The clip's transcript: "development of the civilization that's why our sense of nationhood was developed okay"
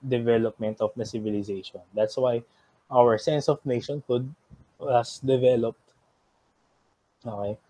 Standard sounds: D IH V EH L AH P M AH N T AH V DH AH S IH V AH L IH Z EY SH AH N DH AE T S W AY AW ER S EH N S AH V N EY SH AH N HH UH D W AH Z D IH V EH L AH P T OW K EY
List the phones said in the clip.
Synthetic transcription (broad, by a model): D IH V EH L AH P M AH N T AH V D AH S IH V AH L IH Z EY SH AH N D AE T S W AY AW ER S EH N S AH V N EY SH AH N HH UH D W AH S D IH V EH L AH P T OW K EY